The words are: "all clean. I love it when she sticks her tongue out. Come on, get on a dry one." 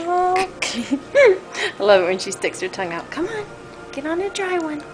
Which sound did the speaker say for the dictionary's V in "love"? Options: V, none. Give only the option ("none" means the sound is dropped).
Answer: none